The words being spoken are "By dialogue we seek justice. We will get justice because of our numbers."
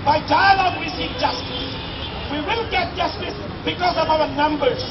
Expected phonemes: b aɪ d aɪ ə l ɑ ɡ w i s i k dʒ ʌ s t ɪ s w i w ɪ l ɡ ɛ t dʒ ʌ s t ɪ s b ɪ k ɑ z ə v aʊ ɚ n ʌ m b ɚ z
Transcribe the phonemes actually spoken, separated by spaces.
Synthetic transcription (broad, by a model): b aɪ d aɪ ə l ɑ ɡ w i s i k dʒ ʌ s t ɪ s w i w ɪ l ɡ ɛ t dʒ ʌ s t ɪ s b ɪ k ɑ z ə v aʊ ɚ n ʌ m b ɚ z